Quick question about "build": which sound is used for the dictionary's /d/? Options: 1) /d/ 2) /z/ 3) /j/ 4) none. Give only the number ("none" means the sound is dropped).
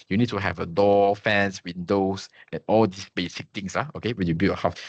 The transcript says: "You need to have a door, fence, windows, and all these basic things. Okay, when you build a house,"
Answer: 4